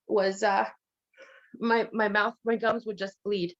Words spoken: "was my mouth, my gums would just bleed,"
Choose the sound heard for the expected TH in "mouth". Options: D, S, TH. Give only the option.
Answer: TH